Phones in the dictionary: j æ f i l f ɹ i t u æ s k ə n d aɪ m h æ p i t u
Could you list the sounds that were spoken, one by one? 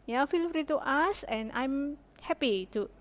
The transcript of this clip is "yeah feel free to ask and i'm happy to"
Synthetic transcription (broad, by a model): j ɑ f i l f ɹ i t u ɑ s ə n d aɪ m h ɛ p i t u